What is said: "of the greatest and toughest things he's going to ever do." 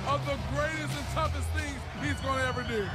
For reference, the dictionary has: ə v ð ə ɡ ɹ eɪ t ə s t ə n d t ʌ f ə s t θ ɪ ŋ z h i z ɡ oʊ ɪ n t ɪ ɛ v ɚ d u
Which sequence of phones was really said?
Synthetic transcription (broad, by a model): ə v ð ə ɡ ɹ eɪ t ə s t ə n t ʌ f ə s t θ ɪ ŋ z h i z ɡ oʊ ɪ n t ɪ ɛ v ɚ d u